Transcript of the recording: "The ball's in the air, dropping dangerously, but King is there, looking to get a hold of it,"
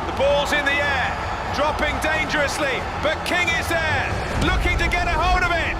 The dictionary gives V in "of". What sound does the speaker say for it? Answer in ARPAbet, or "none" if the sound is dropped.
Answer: V